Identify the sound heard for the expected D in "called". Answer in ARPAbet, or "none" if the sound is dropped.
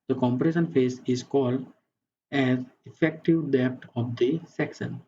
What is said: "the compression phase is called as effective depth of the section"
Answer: D